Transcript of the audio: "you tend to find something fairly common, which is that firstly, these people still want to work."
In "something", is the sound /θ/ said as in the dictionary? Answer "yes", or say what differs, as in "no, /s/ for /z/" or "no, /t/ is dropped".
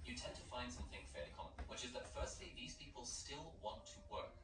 yes